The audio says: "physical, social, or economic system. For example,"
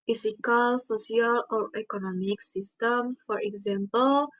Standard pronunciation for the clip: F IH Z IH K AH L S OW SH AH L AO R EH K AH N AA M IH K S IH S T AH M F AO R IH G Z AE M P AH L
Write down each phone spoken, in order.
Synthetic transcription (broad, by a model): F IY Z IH K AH L S OW S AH L AO R EH K AH N AA M IH K S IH S T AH M F AO R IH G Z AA M P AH L